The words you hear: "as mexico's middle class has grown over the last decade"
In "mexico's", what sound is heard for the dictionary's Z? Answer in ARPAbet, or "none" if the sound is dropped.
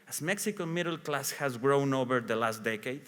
none